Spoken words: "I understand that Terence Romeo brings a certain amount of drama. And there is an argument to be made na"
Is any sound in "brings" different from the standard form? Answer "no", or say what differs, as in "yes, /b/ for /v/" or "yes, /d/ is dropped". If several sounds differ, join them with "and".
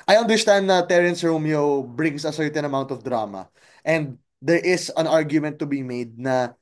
yes, /s/ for /z/